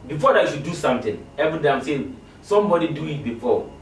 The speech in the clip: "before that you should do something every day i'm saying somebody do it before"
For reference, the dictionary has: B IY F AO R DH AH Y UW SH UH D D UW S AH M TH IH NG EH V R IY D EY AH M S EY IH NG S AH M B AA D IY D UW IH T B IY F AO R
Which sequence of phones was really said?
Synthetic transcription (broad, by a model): B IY F AO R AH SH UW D D UW S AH M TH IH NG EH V IY D EY AH M S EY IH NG S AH M B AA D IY D UW IH T B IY F AO